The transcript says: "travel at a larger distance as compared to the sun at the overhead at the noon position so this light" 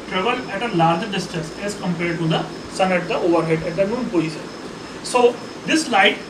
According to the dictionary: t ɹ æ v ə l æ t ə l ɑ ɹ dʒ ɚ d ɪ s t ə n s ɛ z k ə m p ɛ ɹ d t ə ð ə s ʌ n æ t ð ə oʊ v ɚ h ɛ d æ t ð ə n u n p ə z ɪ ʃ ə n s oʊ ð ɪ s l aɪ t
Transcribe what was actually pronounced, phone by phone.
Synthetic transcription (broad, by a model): t ɹ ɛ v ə l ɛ t ə l ɑ ɹ dʒ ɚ d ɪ s t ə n s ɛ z k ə m p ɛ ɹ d t ə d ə s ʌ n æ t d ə oʊ v ɚ h ɛ d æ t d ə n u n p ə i s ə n s oʊ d ɪ s l aɪ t